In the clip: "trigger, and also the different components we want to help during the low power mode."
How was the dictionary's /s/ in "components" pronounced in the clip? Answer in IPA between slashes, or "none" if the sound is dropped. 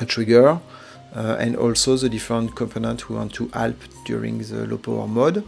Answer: none